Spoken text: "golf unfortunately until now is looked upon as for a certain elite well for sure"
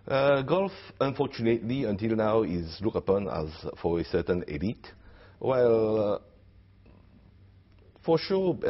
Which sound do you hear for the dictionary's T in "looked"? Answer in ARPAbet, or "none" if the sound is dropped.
none